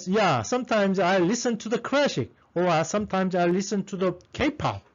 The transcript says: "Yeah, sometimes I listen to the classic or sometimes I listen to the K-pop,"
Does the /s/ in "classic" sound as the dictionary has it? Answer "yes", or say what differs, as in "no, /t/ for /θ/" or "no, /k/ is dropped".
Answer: no, /ʃ/ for /s/